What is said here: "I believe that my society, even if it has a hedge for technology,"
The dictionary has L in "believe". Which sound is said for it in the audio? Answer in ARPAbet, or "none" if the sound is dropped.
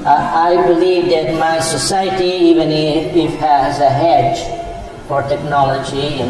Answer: L